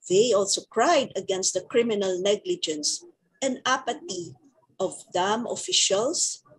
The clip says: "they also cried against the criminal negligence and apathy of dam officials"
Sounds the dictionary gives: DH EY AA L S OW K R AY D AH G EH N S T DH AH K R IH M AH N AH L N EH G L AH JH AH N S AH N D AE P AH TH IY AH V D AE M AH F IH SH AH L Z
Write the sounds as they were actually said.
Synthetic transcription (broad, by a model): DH EY AA L S OW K R AY D AH G EH N S T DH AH K R IH M AH N AH L N EH G L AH JH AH N S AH N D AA P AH T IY AH V D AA M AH F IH SH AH L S